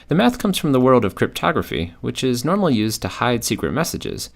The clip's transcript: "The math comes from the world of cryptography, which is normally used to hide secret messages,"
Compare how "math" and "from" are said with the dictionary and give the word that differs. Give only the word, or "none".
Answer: none